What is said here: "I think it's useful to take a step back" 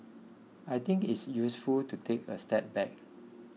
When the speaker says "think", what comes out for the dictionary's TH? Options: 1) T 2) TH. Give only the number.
1